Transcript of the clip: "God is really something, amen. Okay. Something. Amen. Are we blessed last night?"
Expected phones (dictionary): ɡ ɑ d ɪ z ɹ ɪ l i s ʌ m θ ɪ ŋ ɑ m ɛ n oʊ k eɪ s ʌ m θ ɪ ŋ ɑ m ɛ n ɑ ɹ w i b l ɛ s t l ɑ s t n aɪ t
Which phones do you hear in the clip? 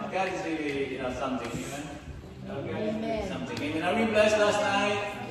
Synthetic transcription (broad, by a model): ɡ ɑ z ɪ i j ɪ n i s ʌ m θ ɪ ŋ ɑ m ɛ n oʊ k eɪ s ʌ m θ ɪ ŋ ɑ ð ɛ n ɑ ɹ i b l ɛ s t l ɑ s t n aɪ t